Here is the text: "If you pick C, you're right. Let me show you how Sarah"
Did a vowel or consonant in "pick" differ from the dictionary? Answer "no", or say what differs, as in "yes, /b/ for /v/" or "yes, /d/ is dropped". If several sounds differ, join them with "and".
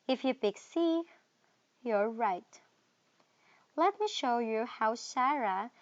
yes, /b/ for /p/